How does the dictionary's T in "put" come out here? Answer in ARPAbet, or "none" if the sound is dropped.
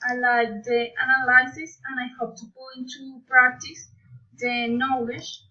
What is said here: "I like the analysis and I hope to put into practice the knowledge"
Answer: none